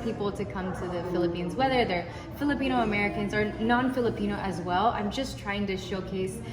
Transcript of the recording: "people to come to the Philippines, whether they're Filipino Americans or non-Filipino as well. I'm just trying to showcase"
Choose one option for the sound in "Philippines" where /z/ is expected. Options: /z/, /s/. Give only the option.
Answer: /z/